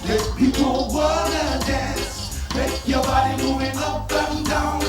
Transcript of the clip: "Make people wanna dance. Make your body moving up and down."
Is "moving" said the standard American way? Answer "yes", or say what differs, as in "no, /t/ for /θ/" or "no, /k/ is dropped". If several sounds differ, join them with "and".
no, /v/ is dropped